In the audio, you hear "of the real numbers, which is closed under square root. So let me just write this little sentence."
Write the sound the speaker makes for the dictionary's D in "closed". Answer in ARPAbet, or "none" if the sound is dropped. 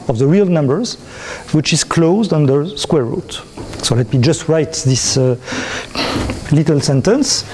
D